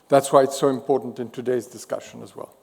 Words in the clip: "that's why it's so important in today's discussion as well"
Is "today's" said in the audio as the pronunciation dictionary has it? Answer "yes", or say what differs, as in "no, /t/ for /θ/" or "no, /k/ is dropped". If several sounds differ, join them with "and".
yes